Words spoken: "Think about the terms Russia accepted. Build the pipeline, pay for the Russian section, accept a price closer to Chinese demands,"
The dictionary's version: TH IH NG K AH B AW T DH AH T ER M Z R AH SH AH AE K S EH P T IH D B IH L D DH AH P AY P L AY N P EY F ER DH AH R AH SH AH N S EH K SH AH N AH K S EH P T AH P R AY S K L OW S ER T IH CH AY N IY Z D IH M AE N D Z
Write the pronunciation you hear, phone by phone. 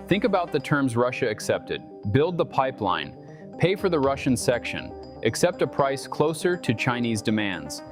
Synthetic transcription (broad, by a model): TH IH NG K AH B AW T DH AH T ER M Z R AH SH AH AE K S EH P T IH D B IH L D DH AH P AY P L AY N P EY F ER DH AH R AH SH AH N S EH K SH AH N AH K S EH P T AH P R AY S K L OW S ER T IH CH AY N IY Z D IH M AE N D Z